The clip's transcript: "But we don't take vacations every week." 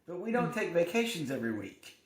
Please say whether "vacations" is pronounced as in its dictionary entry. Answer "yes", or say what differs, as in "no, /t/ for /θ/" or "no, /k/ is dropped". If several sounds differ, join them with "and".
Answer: yes